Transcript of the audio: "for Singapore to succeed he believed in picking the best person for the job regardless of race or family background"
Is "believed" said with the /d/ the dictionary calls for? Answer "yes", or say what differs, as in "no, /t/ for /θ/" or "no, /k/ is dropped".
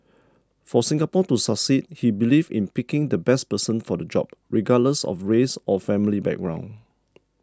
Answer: no, /d/ is dropped